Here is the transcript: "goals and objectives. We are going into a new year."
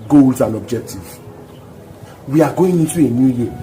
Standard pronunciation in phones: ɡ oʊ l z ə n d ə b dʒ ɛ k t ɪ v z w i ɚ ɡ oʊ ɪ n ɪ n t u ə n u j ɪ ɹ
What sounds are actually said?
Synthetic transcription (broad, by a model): ɡ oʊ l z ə n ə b dʒ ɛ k t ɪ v w i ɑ ɡ oʊ ɪ n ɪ t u ə n u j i